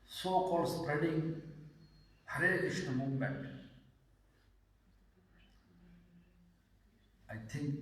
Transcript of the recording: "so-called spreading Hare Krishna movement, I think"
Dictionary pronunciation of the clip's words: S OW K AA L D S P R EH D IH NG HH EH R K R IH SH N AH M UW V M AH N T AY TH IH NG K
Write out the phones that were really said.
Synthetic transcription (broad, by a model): S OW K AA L S P R EH D IH NG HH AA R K IH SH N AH M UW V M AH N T AY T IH NG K